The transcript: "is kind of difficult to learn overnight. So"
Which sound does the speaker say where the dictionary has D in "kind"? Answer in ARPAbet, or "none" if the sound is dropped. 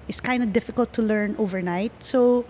D